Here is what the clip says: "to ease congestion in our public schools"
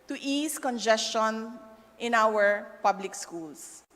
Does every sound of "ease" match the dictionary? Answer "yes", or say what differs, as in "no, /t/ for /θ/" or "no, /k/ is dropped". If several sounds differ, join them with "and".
no, /s/ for /z/